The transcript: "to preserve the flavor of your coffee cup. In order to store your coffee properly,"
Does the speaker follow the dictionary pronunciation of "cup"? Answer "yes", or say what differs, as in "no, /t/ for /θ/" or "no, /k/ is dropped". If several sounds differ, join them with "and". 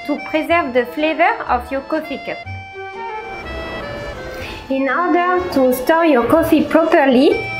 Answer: no, /p/ is dropped